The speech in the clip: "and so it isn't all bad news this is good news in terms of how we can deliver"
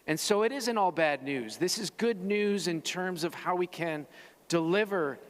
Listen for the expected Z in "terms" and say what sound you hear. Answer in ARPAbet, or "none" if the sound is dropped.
Z